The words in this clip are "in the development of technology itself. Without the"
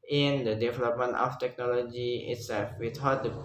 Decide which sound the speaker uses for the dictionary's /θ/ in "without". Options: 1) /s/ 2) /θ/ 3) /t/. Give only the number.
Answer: 3